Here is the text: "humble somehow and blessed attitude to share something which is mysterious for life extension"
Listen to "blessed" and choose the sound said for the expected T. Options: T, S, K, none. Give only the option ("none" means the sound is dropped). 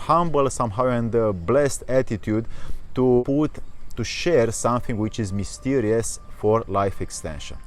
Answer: T